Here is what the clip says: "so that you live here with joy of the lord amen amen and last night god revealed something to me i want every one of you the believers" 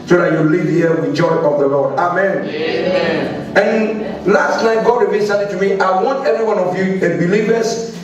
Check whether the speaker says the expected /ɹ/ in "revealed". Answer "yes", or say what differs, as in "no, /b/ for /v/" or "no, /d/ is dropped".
no, /w/ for /ɹ/